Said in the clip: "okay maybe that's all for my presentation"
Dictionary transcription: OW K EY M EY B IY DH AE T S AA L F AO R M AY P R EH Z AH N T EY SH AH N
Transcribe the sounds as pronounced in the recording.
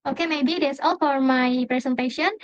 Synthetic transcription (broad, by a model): OW K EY M EY B IY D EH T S AA L F AO R M AY P R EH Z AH N T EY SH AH N